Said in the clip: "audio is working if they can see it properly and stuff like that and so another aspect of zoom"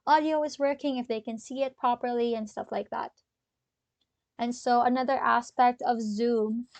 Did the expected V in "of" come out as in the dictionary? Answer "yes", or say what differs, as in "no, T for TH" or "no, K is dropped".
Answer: yes